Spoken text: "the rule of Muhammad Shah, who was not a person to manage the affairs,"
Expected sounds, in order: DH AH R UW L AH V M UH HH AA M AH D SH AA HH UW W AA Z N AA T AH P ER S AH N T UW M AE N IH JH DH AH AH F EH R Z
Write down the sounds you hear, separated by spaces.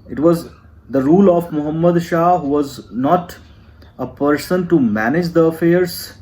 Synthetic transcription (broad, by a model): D AH R UW L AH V M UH HH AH M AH D SH AA HH UW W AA Z N AA T AH P ER S AH N T UW M AE N IH JH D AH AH F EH R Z